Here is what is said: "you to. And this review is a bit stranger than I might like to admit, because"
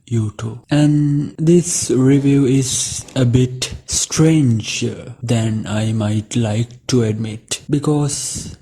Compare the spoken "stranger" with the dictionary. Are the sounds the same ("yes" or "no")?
yes